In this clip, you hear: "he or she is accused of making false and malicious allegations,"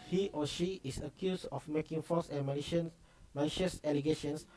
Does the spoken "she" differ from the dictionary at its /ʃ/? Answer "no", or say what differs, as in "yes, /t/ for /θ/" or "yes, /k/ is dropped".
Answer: no